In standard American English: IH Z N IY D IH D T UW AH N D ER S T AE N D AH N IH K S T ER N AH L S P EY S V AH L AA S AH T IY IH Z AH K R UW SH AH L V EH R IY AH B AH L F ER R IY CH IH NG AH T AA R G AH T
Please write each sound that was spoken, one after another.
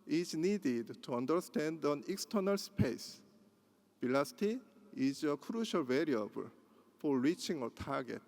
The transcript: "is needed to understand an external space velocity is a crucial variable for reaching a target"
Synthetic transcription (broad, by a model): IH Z N IY D IH D T UW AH N D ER S T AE N D AH N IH K S T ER N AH L S P EY S B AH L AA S T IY IH Z AH K R UW SH AH L V EH R IY AH B AH L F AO R IY CH IH NG AH T AA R G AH T